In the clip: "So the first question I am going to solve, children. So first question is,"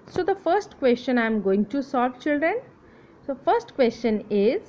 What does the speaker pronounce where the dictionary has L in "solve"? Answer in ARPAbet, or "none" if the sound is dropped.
none